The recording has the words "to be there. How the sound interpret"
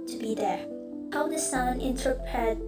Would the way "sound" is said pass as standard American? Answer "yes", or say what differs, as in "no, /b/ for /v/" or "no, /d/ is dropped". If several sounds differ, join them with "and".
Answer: no, /d/ is dropped